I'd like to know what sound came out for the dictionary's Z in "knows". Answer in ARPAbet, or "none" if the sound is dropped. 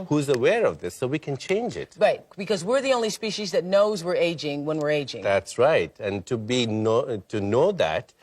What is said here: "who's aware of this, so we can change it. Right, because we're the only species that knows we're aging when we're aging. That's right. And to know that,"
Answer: Z